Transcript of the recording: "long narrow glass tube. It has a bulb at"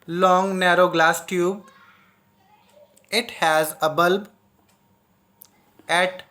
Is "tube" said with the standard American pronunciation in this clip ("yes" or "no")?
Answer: yes